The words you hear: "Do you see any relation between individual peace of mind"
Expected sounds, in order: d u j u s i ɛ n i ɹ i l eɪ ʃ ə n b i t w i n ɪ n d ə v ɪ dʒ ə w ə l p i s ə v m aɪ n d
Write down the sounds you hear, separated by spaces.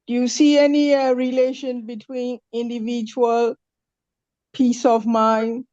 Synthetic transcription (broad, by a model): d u j u s i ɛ n i ɹ i l eɪ ʃ ə n b i t w i n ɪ n d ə v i dʒ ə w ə l p i s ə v m aɪ n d